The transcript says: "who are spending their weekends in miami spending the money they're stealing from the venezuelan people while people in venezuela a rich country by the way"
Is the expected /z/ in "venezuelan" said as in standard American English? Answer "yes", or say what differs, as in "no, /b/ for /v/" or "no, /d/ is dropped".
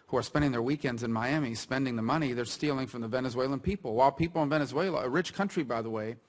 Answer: yes